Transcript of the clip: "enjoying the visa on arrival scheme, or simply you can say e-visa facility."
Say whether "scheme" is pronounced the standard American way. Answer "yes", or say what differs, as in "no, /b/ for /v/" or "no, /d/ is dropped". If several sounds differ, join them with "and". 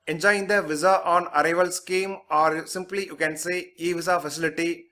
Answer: yes